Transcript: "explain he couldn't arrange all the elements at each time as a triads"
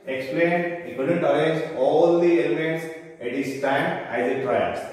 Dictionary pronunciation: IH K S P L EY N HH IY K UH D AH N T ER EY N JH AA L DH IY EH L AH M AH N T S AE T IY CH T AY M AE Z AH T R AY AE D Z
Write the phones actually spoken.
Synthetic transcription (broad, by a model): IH K S P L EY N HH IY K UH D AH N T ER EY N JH AA L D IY EH L AH M AH N T S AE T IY S T AY M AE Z AH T R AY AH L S